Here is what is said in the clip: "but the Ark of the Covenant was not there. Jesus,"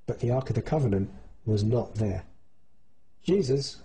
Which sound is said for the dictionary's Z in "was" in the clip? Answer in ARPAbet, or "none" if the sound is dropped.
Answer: Z